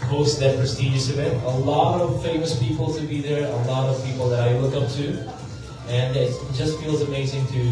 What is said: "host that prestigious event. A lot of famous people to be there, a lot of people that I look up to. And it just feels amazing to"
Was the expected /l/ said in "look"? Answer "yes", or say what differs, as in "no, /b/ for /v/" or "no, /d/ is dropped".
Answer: no, /w/ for /l/